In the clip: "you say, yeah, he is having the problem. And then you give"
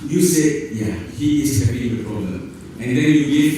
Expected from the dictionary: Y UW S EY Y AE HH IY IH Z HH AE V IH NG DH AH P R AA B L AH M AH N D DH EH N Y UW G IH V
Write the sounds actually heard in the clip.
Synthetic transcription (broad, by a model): Y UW S EY Y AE HH IY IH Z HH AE P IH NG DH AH P R AA B L AH M AH N D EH N Y UW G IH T